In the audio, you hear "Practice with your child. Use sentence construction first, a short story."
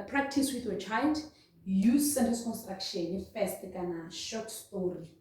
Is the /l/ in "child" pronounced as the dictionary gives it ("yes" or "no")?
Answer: yes